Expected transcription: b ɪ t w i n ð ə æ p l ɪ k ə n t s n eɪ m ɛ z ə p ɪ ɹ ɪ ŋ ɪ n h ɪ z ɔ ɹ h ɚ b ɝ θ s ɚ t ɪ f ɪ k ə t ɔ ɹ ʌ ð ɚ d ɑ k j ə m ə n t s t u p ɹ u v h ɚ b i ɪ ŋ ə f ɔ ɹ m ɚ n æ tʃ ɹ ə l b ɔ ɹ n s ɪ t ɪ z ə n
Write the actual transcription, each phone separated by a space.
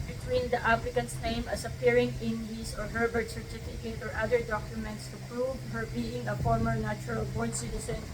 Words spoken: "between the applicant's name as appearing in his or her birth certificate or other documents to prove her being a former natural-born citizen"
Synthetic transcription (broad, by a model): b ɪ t w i n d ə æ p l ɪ k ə n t s n eɪ m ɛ s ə p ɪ ɹ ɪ ŋ ɪ n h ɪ s ɔ ɹ h ɚ b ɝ t s ɚ t ɪ f ɪ k ə t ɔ ɹ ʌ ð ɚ d ɑ k j ə m ə n t s t u p ɹ u v h ɚ b i ɪ ŋ ə f ɔ ɹ m ɚ n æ tʃ ɹ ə l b ɔ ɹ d s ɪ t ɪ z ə n